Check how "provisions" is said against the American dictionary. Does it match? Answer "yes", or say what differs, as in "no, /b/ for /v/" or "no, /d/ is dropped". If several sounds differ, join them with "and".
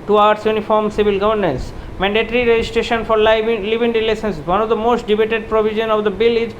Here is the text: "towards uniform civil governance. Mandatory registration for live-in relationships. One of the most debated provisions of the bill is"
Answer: no, /z/ is dropped